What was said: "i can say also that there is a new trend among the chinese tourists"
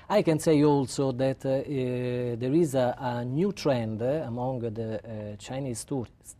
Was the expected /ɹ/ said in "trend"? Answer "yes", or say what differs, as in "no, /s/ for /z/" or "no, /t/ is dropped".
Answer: yes